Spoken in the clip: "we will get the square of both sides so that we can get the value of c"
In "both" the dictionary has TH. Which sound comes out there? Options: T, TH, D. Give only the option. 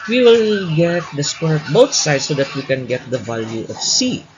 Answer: T